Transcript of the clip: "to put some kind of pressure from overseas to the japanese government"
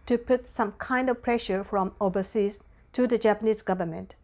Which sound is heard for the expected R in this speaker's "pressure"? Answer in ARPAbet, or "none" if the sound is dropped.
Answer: R